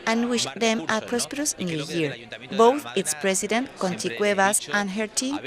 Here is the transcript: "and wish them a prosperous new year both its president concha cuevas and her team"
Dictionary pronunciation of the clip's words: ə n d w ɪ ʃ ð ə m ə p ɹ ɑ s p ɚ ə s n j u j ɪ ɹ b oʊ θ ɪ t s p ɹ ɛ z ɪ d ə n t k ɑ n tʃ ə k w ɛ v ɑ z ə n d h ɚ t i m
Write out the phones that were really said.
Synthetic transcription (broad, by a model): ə n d w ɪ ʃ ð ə m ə p ɹ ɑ s p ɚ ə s n j u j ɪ ɹ b oʊ θ ɪ t s p ɹ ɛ s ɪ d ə n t k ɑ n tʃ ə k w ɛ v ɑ s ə n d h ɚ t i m